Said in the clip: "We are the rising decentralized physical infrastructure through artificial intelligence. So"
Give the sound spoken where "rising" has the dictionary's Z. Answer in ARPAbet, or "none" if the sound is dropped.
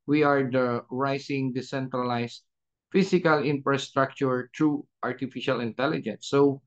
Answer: S